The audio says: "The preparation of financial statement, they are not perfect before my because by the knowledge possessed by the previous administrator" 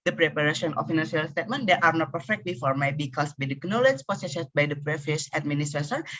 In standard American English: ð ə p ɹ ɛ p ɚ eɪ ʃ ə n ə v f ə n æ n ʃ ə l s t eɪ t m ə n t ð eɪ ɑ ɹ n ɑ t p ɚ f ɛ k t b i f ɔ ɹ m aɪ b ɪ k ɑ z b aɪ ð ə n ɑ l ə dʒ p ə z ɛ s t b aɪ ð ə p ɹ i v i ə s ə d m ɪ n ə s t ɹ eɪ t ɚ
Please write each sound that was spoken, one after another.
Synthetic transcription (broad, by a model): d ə p ɹ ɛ p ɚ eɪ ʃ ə n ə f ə n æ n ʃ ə l s t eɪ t m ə n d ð ɑ ɹ n ɑ t p ɚ f ɛ k t b i f ɔ ɹ m aɪ b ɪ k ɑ s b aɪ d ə n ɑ l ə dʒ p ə s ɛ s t b aɪ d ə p ɹ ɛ f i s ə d m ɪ n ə s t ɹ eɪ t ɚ